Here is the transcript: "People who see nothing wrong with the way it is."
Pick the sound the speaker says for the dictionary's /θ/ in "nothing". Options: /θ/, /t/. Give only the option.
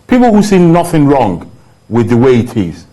/θ/